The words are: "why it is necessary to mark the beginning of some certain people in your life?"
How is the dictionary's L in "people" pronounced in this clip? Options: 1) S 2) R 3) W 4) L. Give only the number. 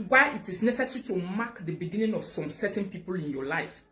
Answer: 4